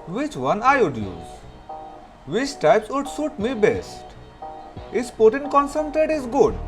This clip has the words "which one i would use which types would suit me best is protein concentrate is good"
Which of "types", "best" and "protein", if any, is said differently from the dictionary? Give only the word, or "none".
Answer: protein